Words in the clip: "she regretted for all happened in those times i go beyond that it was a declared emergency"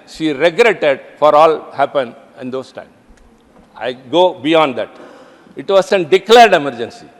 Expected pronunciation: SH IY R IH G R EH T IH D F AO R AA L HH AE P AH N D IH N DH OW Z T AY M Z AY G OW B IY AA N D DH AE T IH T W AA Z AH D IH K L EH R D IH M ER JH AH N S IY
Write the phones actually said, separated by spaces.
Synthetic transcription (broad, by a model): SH IY R IH G R EH T IH D F AO R AA L HH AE P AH N IH N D OW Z T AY M AY G OW B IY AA N D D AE T IH T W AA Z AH D IH K L EH R D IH M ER JH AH N S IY